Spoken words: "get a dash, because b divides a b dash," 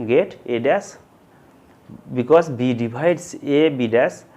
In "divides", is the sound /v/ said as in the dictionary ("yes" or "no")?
no